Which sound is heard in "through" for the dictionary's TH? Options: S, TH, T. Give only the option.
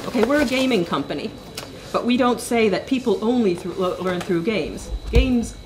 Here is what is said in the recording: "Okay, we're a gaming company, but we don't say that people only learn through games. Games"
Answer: TH